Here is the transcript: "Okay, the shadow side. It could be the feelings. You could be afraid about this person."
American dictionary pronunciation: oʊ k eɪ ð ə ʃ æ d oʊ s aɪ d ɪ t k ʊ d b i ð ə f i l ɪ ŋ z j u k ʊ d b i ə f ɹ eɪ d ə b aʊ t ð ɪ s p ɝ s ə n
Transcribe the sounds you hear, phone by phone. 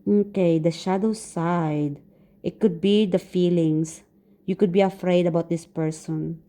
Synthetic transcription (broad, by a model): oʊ k eɪ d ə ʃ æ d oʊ s aɪ d ɪ t k ʊ d b i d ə f i l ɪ ŋ s j u k ʊ d b i ə f ɹ eɪ d ə b aʊ t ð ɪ s p ɝ s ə n